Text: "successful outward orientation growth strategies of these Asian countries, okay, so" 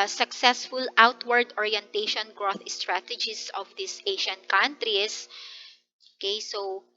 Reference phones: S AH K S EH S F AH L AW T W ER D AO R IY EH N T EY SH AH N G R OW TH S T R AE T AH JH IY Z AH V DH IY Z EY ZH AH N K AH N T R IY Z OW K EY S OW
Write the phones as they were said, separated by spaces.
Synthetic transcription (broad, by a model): S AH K S EH S F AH L AW T W ER D AO R IY EH N T EY SH AH N G R OW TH S T R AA T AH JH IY S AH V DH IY S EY SH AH N K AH N T R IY S OW K EY S OW